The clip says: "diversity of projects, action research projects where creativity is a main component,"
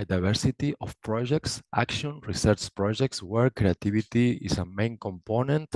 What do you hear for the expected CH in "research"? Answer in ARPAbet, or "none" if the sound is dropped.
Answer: CH